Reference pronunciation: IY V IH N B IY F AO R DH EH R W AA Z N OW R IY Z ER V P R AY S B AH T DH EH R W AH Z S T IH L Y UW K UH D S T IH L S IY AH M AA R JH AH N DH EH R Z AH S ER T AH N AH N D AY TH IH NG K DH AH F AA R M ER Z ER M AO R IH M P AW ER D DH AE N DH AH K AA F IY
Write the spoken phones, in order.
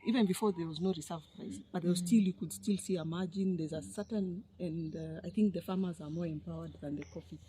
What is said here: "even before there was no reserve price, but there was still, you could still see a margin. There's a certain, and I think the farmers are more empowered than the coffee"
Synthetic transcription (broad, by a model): IY V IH N B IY F AO R DH EH R W AA Z N OW R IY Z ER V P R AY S B AH T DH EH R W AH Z S T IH L Y UW K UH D S T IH L S IY AH M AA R JH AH N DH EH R Z AH S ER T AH N AH N D AY TH IH NG K DH AH F AA R M ER Z ER M AO R IH M P AW ER D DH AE N DH AH K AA F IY